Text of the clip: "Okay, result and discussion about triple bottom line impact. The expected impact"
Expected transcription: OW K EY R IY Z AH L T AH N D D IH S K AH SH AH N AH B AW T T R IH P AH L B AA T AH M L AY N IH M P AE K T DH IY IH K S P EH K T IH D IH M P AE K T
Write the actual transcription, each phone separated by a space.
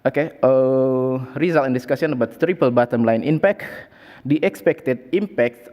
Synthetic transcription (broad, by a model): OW K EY R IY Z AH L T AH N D D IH S K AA S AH N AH B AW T T R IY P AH L B AA T AH M L AY N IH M P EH K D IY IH K S P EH K T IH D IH M P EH K T